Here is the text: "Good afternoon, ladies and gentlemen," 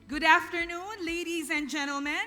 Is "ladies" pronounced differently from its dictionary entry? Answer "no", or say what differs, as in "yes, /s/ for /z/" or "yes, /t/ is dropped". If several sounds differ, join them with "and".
no